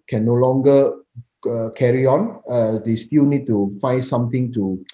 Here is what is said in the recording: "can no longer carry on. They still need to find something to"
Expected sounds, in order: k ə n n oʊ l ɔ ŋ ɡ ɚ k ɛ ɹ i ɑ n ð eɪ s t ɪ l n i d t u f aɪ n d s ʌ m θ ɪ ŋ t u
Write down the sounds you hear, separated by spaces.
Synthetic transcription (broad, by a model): k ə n n oʊ l ɔ ŋ ɡ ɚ k ɛ ɹ i ɑ n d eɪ s t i l n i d t u f aɪ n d s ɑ m t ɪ ŋ t u